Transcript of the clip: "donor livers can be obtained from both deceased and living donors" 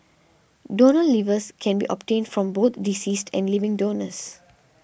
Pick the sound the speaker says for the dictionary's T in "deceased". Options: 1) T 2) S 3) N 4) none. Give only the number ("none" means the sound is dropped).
1